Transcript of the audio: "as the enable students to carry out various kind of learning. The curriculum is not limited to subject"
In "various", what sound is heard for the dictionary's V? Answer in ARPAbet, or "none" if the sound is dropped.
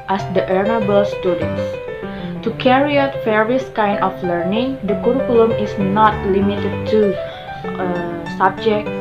F